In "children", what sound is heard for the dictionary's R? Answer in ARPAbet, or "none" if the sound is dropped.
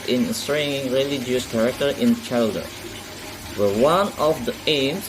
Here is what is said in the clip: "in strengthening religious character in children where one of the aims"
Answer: none